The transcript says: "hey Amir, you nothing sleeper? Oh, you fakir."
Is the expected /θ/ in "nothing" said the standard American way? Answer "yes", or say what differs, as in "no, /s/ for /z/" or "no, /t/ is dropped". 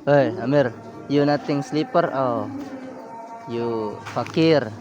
no, /t/ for /θ/